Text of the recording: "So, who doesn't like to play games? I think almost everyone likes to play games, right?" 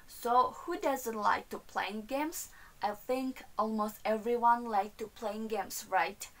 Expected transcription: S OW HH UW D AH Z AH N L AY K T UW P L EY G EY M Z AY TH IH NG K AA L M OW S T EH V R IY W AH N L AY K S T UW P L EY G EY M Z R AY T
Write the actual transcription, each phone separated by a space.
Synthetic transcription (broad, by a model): S OW HH UW D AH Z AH N L AY K T UW P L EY G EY M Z AY TH IH NG K AA L M OW S T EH V R IY W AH N L AY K T UW P L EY G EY M S R AY T